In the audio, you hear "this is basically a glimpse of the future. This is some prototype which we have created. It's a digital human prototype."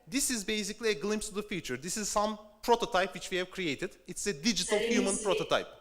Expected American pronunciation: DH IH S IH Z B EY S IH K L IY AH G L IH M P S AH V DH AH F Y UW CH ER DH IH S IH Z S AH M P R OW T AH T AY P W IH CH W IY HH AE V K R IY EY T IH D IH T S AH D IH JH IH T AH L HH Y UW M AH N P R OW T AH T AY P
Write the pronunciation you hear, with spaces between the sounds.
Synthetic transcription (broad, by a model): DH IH S IH Z B EY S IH K L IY AH G L IH M P S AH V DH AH F Y UW CH ER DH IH S IH Z S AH M P R OW T AH T AY P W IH CH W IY HH AE V K R IY EY T IH D IH T S AH D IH JH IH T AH L HH Y UW M AH N P R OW T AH T AY P